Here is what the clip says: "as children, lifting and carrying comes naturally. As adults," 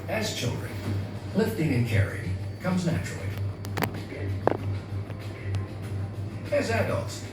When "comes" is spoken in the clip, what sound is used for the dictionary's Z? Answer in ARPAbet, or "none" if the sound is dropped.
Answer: Z